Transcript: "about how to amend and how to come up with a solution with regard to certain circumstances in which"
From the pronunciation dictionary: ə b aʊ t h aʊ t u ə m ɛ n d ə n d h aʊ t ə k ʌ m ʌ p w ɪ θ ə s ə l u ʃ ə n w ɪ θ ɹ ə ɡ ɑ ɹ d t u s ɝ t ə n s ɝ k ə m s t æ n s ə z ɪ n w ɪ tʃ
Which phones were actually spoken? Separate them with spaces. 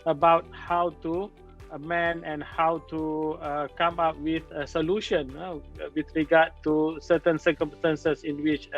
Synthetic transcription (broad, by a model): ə b aʊ t h aʊ t u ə m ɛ n ə n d h aʊ t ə k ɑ m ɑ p w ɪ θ ə s ə l u ʃ ə n w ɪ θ ɹ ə ɡ ɑ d t u s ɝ t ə n s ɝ k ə m s t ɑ n s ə s ɪ n w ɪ tʃ